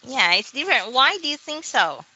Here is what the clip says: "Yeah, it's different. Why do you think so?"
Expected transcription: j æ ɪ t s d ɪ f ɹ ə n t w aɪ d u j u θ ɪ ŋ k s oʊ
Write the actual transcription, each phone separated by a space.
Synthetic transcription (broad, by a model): j æ ɪ t s d ɪ f ɹ ə n t w aɪ d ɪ j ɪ θ ɪ ŋ k s oʊ